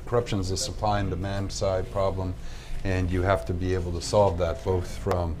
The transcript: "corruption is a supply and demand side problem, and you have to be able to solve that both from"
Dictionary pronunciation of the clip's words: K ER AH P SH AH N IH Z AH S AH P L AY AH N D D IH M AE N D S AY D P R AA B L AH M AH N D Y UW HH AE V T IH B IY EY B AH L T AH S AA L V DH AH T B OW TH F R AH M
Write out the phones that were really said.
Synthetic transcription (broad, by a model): K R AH P SH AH N Z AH S AH P L AY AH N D D IH M AE N D S AY D P R AA B L AH M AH N Y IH HH AE F T IH B IY EY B L T AH S AA L V DH AH T B OW TH F R AH M